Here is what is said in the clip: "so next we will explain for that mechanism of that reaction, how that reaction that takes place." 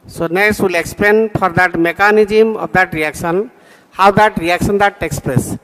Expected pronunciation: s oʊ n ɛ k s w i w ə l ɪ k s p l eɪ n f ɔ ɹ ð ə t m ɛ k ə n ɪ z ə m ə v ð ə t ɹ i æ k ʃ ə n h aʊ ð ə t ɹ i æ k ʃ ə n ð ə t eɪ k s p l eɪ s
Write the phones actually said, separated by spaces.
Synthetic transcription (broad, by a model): s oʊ n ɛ s w i l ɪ k s p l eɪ n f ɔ ɹ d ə t m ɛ k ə n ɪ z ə m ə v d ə t ɹ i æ k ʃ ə n h aʊ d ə t ɹ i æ k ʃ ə n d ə t eɪ k s p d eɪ s